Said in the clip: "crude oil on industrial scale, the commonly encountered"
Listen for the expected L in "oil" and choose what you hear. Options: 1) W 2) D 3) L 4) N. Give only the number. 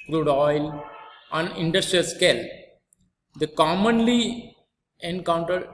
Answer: 3